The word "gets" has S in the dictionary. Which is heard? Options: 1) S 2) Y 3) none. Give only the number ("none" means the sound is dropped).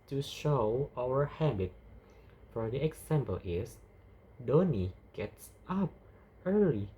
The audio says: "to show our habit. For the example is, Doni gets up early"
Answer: 1